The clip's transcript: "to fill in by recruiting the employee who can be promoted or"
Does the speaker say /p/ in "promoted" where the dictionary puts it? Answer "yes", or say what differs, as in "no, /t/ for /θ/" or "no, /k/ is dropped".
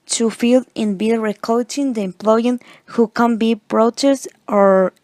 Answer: no, /b/ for /p/